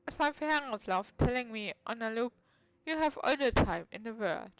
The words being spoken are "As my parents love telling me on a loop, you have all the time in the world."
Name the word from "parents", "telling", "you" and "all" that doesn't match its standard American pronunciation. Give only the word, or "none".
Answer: parents